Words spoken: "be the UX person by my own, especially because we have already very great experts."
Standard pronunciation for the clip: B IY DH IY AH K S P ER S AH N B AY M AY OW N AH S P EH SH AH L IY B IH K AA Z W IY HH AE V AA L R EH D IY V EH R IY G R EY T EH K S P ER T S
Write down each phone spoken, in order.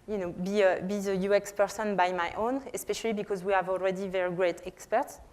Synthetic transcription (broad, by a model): B IY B IY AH K S P ER S AH N B AY M AY OW N AH S P EH SH AH L IY B IH K AA Z W IY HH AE V AA L R EH D IY V EH R IY G R EY T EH K S P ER T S